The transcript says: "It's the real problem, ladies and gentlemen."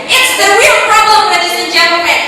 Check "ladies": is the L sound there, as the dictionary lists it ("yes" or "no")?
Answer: no